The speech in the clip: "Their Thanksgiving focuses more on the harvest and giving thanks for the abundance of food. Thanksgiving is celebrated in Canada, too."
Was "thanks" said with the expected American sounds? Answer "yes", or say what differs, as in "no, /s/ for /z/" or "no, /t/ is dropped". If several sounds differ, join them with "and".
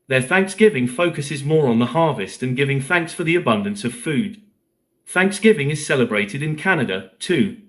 yes